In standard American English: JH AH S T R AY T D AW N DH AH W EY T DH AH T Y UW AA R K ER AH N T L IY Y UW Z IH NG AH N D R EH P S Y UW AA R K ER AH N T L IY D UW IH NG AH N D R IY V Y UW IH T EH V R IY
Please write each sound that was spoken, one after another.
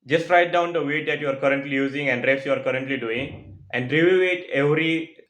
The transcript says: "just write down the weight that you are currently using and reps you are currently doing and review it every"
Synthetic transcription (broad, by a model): JH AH S T R AY T D AW N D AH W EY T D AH T Y UW AA R K ER AH N T L IY Y UW Z IH NG AH N D R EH S Y UW AA R K ER AH N T L IY D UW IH NG AH N D R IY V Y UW IH T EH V R IY